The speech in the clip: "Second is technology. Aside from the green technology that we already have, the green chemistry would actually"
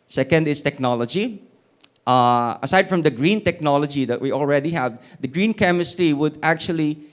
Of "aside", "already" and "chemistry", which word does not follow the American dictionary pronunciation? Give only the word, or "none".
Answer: none